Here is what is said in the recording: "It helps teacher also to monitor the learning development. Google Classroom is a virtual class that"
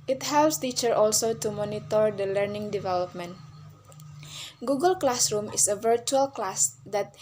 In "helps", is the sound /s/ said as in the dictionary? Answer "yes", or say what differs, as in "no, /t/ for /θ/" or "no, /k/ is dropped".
yes